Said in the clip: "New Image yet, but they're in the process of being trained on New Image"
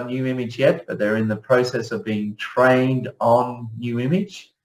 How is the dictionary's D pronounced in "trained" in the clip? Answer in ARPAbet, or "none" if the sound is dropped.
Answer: D